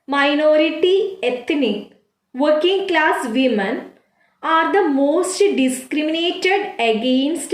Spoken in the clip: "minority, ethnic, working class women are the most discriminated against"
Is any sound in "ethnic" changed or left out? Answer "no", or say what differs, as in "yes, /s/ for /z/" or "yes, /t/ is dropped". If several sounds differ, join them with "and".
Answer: yes, /t/ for /θ/